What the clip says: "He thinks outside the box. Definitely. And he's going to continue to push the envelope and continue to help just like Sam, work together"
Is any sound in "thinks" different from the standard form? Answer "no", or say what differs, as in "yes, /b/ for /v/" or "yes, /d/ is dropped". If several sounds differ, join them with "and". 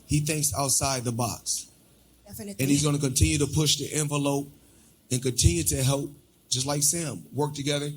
no